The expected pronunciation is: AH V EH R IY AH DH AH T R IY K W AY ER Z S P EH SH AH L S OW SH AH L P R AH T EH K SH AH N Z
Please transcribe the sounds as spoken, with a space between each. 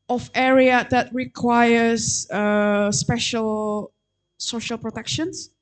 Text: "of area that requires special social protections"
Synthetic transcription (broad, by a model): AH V EH R IY AH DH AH T R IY K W AY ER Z S P EH SH AH L S OW SH AH L P R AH T EH K SH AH N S